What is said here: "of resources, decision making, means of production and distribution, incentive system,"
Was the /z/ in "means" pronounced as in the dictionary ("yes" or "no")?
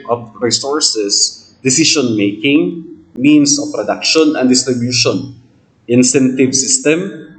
no